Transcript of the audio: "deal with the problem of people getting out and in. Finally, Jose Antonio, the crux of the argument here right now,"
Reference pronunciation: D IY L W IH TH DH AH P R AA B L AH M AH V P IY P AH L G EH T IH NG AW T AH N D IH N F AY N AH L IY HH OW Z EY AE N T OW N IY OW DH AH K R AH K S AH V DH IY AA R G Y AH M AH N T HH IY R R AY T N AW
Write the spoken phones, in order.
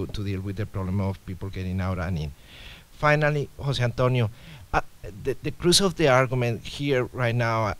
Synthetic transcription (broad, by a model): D IY L W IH DH AH P R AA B L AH M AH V P IY P AH L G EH T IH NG AW T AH N IH N F AY N AH L IY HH OW S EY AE N T OW N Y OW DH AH K R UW S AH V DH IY AA R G Y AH M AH N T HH IY R R AY T N AW